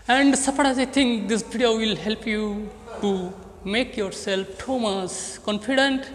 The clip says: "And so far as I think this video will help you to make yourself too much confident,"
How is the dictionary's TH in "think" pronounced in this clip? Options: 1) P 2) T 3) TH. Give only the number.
2